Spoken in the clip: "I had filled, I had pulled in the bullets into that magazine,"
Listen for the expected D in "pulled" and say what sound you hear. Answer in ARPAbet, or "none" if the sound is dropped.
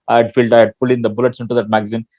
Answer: none